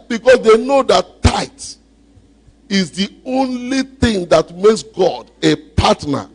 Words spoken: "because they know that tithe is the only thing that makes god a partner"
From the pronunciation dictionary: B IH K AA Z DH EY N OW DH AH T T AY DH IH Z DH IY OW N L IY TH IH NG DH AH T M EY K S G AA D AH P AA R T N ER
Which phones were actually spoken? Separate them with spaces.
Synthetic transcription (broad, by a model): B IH K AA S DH EY N OW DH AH T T AY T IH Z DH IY OW N L IY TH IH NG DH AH T M EY K S G AA D AH P AA T N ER